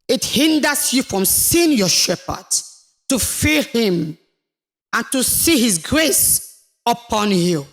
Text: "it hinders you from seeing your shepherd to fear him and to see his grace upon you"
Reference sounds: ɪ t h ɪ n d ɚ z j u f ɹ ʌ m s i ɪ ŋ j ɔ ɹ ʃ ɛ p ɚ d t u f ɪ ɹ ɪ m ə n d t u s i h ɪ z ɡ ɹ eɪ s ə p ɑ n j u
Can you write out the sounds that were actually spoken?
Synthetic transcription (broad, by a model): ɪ t h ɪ n d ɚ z j u f ɹ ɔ m s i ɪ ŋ j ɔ ʃ ɛ p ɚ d t u f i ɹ ɪ m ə n t u s i h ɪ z ɡ ɹ eɪ s ə p ɑ n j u